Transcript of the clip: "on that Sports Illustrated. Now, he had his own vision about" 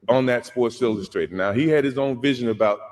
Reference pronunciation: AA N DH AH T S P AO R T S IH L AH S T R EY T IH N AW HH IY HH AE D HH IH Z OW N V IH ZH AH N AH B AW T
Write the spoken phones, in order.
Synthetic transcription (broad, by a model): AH N DH AH T S P AO R T S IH L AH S T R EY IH N AW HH IY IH D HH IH Z OW N V IH ZH AH N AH B AW T